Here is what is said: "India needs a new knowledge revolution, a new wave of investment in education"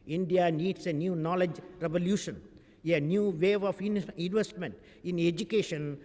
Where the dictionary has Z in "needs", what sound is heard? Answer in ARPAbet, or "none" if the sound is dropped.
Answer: S